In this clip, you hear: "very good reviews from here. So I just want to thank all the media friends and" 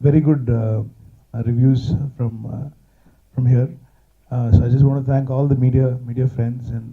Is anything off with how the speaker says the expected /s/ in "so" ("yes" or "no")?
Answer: no